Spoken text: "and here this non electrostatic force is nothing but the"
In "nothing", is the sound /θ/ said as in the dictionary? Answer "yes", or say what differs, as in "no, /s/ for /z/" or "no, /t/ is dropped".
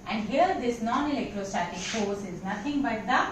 no, /t/ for /θ/